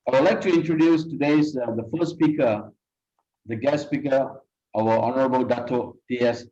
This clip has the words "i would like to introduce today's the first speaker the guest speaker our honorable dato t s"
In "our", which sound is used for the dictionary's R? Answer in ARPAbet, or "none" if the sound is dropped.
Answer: W